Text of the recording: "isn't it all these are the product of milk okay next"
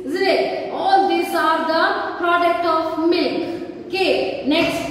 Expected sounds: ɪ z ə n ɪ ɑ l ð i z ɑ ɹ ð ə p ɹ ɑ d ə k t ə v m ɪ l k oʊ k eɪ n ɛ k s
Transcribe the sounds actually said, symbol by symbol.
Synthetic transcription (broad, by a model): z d ɪ ɑ l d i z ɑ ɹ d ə p ɹ ɑ d ə k t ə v m ɪ l k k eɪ n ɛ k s